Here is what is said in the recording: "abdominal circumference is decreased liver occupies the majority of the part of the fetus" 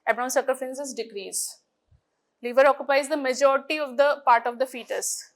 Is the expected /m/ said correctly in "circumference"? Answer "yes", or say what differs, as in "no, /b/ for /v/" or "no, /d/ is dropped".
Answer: no, /m/ is dropped